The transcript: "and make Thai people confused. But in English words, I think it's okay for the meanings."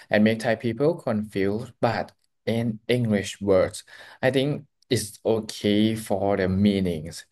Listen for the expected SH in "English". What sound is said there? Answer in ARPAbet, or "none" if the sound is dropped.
SH